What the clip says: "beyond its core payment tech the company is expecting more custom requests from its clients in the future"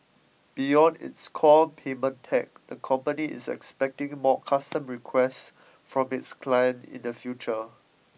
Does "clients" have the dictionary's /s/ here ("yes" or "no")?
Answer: no